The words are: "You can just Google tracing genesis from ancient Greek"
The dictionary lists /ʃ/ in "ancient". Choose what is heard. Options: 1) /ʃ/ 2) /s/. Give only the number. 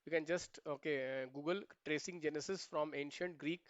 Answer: 1